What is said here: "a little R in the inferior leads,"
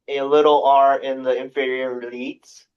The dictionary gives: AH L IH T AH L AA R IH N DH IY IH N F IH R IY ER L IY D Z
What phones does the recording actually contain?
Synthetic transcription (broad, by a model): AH L IH T L AA R IH N DH IY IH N F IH R IY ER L IY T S